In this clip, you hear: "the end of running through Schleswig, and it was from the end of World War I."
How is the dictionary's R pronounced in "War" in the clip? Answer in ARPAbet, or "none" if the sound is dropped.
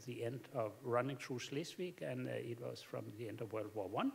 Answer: W